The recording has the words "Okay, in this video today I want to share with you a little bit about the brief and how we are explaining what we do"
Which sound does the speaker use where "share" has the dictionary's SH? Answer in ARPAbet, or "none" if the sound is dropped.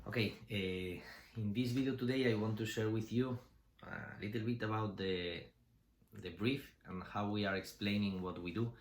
SH